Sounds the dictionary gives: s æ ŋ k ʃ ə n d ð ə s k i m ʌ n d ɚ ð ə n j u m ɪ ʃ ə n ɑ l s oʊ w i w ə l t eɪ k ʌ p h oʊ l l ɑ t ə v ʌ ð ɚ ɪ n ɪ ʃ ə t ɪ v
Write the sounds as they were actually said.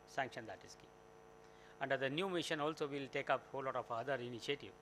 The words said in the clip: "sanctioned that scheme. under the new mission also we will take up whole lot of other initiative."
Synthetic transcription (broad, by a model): s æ ŋ k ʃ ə n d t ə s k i ʌ n d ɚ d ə n j u m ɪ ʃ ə n ɑ l s oʊ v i l t eɪ k ʌ p h oʊ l l ɑ t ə f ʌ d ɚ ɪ n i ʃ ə t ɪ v